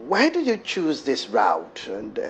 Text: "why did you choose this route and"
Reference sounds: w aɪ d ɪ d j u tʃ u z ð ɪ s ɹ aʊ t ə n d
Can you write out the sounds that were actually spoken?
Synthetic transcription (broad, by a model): w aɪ d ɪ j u tʃ u z ð ɪ s ɹ aʊ t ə n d